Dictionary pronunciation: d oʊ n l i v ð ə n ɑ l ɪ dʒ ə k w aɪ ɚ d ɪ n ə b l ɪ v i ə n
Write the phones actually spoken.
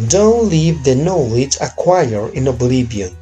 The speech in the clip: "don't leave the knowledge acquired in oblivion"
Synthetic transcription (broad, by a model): d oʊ n l i v ð ə n ɑ l ɪ dʒ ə k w aɪ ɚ ɪ n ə b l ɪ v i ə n